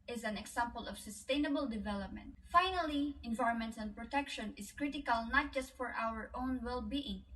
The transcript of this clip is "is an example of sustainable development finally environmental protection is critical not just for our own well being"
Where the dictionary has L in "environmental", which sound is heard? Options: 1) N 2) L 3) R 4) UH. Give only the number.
1